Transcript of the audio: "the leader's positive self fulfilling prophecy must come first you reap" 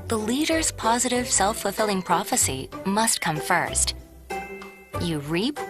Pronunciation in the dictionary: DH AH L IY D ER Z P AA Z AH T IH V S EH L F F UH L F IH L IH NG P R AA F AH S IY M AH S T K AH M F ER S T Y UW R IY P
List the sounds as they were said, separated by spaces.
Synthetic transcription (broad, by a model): DH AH L IY D ER Z P AA Z AH T IH V S EH L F F L F IH L IH NG P R AA F AH S IY M AH S T K AH M F ER S T Y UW R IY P